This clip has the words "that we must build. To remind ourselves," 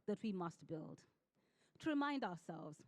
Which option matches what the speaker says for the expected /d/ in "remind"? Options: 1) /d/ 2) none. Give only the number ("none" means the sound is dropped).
1